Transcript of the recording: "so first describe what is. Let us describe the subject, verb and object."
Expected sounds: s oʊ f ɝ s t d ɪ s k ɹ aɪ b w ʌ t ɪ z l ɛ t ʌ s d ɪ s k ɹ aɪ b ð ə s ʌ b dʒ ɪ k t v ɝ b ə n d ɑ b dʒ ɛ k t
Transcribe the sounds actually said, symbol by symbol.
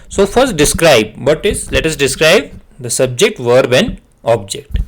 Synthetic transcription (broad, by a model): s oʊ f ɝ s t d ɪ s k ɹ aɪ b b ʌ t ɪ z l ɛ t ʌ s d ɪ s k ɹ aɪ b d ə s ʌ b dʒ ɪ k t v ɝ b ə n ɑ b dʒ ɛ k t